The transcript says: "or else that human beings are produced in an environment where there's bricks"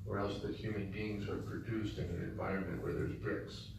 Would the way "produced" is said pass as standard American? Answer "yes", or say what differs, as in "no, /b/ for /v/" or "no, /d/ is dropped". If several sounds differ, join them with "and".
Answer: yes